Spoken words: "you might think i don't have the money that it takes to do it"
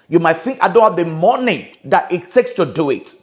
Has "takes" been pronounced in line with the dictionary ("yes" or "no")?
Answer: yes